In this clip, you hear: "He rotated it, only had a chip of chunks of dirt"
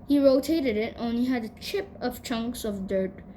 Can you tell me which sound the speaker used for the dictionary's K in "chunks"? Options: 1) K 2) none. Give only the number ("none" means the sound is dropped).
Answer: 1